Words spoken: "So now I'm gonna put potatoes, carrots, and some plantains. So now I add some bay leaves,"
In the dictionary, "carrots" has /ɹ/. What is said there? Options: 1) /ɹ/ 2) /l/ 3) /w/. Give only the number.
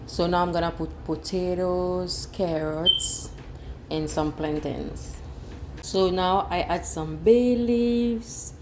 1